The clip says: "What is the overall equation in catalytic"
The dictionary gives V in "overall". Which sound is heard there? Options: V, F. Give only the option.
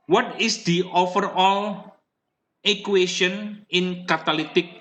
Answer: F